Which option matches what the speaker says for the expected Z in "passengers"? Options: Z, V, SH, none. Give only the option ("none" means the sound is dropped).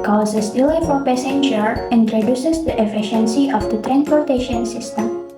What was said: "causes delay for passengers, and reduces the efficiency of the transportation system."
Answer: none